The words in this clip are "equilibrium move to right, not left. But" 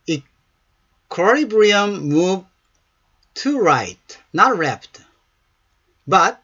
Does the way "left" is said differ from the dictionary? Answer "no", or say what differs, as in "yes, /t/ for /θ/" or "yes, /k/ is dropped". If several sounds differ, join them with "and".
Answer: yes, /p/ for /f/